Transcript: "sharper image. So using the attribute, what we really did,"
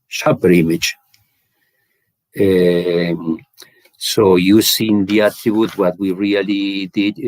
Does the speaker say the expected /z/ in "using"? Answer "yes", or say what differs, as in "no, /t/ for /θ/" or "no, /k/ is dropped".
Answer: no, /s/ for /z/